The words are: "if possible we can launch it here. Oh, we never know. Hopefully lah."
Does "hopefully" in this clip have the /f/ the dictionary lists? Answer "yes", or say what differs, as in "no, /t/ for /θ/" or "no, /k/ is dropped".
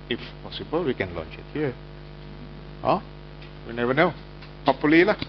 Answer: no, /f/ is dropped